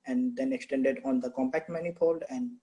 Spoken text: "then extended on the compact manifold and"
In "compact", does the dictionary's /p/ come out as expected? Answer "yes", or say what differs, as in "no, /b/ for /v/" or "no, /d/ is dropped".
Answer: yes